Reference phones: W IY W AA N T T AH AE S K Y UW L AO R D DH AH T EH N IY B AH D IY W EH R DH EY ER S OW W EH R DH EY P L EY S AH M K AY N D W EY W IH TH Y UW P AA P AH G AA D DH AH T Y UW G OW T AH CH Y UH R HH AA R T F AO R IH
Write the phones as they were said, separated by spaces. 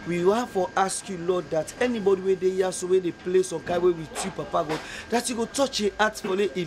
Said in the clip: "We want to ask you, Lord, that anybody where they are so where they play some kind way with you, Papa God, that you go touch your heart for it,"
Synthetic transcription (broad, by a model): W IY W AA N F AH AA S K Y UW L AO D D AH T EH N IY B AH D IY W EH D EY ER S OW W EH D EY P L EY S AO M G AY W EY W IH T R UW P AA P AH G AA D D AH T Y UW G OW T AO CH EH AA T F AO L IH